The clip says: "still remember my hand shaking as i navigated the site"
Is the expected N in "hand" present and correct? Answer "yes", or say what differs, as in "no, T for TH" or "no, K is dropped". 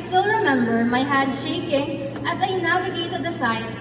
no, N is dropped